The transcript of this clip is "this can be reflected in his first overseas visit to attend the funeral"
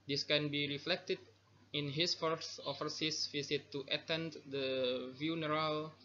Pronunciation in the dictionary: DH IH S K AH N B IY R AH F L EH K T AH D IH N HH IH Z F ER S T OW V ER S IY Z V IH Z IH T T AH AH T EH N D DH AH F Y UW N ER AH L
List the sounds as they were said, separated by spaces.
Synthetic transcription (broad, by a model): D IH S K AH N B IY R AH F L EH K T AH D IH N HH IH S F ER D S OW F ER S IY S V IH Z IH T T AH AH T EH N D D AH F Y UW N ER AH L